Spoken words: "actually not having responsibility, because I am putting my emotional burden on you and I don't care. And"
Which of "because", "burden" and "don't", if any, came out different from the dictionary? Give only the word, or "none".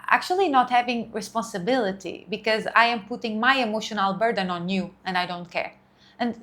none